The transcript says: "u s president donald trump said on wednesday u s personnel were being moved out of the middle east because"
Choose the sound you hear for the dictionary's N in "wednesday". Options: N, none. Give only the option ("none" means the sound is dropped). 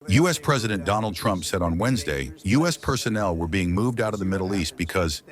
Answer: N